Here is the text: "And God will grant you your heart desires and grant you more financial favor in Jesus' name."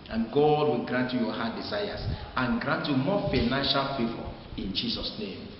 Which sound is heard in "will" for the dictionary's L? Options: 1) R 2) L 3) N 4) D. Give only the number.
2